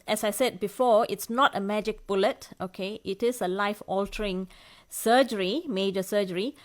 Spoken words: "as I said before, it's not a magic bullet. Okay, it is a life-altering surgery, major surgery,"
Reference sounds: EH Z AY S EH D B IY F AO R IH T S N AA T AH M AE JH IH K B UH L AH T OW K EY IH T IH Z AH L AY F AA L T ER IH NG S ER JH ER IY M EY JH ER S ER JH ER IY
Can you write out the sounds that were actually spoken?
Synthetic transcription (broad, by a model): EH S AY S EH D B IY F AO IH T S N AA T AH M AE JH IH K B UH L AH T OW K EY IH T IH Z AH L AY F AA L T ER IH NG S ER JH ER IY M EY JH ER S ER JH ER IY